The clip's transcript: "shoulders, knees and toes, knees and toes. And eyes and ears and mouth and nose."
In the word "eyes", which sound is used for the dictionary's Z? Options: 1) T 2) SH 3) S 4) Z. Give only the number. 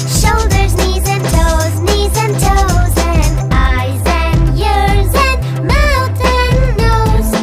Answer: 4